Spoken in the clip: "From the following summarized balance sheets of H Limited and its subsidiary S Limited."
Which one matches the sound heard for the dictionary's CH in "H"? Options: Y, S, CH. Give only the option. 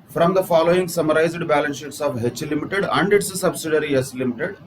CH